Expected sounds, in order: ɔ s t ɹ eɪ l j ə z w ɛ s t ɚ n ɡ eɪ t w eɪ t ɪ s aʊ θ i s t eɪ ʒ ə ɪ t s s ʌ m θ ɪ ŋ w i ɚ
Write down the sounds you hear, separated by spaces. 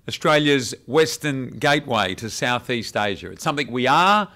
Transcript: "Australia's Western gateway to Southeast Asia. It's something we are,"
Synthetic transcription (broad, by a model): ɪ s t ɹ eɪ l j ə z w ɛ s t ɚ n ɡ eɪ t w eɪ t ɪ s aʊ θ i s t eɪ ʒ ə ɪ t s s ʌ m θ ɪ ŋ w i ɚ